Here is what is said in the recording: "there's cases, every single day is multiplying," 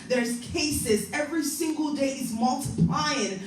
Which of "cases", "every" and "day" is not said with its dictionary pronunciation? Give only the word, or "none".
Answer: none